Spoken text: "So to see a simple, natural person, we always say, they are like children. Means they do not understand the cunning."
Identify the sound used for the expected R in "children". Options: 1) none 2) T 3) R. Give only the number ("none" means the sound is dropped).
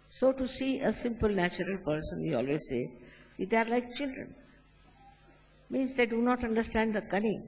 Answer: 3